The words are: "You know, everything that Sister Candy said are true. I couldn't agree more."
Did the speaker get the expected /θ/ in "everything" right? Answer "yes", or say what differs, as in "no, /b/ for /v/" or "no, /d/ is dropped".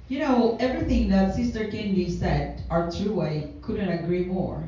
yes